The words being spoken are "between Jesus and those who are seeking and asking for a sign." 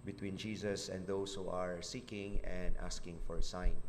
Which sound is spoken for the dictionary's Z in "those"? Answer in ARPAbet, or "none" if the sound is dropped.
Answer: S